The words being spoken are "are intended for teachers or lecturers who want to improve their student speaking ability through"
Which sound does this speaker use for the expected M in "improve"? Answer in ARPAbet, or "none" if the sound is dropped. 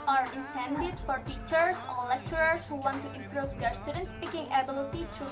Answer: M